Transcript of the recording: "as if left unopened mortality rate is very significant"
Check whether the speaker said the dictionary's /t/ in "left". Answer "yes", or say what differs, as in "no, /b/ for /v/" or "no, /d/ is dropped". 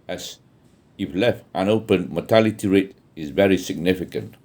yes